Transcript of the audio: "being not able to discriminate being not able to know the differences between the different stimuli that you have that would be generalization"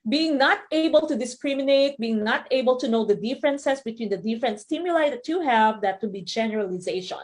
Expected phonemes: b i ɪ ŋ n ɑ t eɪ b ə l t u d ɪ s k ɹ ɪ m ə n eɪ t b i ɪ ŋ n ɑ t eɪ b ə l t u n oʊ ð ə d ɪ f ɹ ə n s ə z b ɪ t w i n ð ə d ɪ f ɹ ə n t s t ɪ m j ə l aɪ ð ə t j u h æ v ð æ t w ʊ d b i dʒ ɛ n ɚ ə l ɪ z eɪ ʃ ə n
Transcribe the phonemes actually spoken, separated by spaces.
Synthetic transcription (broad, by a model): b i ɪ ŋ n ɑ t eɪ b ə l t u d ɪ s k ɹ ɪ m ə n eɪ t b i ɪ ŋ n ɑ t eɪ b ə l t u n oʊ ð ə d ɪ f ɹ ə n s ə s b ɪ t w i n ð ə d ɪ f ɹ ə n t s t ɪ m j ə l aɪ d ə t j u h æ v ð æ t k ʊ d b i dʒ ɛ n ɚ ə l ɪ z eɪ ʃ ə n